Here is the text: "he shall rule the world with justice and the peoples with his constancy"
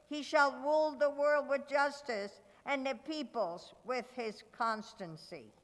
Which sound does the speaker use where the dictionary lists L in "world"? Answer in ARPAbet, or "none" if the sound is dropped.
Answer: L